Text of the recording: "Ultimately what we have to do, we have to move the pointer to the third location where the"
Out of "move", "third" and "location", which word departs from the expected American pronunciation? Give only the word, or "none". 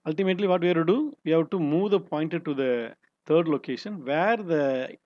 third